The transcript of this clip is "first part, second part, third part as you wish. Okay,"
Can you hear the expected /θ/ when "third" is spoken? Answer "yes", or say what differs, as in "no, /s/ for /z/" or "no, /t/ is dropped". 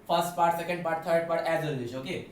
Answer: no, /t/ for /θ/